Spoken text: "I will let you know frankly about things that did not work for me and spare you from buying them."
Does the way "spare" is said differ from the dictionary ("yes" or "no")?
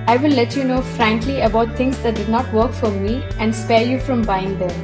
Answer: no